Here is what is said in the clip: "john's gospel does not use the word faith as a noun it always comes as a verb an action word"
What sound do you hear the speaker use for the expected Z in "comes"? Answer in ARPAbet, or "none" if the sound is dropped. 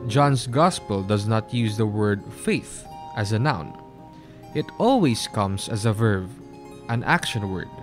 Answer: S